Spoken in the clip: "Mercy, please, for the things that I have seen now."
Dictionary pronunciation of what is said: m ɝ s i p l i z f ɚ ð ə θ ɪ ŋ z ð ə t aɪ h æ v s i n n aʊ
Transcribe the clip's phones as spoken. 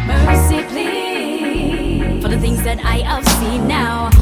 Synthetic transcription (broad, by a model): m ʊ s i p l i f ɚ ð ə θ ɪ ŋ z ð ə t aɪ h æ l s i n n aʊ